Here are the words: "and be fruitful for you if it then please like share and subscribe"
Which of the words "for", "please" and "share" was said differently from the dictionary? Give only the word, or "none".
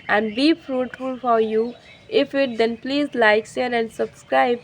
share